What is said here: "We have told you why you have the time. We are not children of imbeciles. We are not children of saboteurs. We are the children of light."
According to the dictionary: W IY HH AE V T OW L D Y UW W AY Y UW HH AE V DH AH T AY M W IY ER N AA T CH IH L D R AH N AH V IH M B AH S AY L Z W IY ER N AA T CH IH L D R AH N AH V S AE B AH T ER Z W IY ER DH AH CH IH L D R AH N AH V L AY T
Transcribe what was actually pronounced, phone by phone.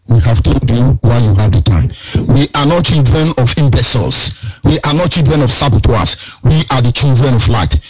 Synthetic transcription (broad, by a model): W IY HH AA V T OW D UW W AY Y UW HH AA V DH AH T AY M W IY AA N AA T CH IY L D R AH N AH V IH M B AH S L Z W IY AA N AA T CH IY L D R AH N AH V S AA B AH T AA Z W IY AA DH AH CH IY L D R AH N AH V L AY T